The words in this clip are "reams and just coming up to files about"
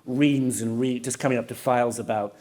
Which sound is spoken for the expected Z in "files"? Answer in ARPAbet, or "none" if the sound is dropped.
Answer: Z